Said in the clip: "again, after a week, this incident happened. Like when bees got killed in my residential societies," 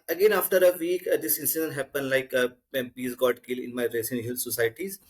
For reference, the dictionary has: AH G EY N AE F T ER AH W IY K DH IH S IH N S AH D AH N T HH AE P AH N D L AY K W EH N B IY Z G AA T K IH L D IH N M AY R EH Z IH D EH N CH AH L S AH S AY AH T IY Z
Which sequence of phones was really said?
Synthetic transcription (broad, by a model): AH G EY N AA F T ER AH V IY K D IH S IH N S AH D AH N T HH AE P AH N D L AY K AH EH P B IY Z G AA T K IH L IH N M AY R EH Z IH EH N SH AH L S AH S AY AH T IY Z